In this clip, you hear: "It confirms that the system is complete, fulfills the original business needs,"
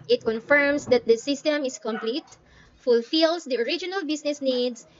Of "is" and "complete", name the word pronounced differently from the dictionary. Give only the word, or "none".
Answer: is